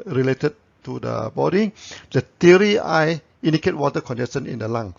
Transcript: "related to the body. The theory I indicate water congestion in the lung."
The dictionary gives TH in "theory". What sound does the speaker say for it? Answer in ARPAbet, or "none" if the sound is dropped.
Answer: T